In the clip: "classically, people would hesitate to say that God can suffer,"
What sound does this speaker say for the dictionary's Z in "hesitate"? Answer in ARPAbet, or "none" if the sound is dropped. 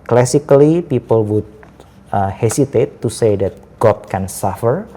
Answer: S